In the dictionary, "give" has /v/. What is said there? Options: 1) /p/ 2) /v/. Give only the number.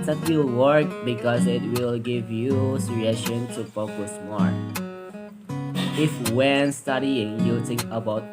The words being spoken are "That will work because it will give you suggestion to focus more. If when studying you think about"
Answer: 2